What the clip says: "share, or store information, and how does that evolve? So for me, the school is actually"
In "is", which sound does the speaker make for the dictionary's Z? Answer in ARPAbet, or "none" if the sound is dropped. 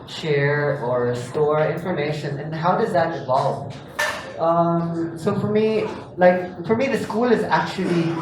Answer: Z